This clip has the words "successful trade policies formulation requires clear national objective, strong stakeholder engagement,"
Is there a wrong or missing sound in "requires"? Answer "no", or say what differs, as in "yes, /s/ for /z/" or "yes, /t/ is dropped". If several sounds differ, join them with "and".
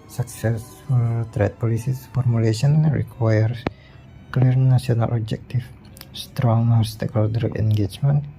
yes, /z/ is dropped